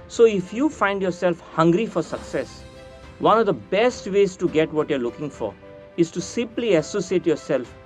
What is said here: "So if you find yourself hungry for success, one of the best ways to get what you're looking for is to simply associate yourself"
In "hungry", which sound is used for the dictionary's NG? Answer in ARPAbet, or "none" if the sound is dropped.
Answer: NG